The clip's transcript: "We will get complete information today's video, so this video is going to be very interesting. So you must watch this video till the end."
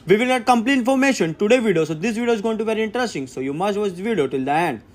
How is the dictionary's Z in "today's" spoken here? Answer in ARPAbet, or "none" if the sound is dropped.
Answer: none